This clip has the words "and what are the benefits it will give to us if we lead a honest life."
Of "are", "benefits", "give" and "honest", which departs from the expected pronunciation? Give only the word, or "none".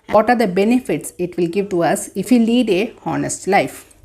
none